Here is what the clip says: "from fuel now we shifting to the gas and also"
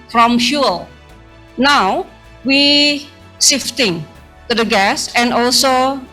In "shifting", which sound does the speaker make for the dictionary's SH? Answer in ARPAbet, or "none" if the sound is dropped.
S